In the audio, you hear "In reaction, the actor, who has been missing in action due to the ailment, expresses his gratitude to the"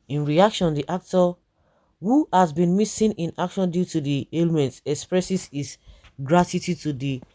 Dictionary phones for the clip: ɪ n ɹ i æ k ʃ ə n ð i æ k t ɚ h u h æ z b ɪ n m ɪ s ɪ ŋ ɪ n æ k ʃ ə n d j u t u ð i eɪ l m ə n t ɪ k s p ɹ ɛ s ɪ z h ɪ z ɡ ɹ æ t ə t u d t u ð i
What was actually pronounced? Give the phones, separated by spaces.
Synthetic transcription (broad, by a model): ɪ n ɹ i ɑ k ʃ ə n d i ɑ k t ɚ h u h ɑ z b ɪ n m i s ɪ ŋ ɪ n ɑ k ʃ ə n d j u t u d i eɪ l m ə n t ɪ k s p ɹ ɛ s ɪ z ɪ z ɡ ɹ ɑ t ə t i t u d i